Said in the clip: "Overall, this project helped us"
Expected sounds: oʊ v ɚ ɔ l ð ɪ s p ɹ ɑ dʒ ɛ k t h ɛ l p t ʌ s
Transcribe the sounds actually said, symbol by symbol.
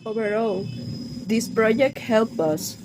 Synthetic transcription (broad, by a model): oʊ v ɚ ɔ l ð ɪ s p ɹ ɑ dʒ ɛ k t h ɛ l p ʌ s